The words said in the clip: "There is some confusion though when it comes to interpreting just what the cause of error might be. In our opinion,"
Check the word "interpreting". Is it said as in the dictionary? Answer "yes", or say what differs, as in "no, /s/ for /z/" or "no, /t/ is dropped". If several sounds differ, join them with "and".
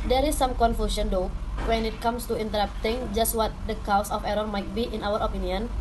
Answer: no, /p/ is dropped